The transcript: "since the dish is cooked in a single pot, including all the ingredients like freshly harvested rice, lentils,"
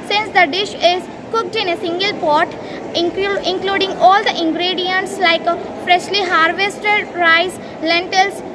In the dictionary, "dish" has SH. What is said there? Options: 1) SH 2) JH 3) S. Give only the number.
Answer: 1